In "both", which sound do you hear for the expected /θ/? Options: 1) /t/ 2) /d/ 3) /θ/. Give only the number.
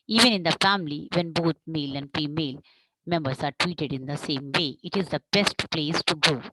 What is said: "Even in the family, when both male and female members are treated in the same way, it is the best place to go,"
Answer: 1